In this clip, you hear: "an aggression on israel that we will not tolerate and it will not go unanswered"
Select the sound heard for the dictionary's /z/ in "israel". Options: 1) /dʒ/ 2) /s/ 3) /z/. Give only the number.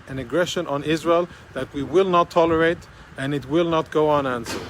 3